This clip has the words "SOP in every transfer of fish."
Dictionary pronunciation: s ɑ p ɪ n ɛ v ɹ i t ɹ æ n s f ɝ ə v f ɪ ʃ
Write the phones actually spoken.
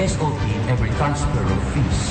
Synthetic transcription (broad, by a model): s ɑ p ɪ n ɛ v ɹ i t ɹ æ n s p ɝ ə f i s